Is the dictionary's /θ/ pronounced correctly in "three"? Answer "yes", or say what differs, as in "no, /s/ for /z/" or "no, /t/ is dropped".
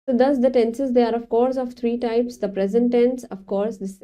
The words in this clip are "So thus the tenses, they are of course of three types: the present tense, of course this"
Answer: no, /t/ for /θ/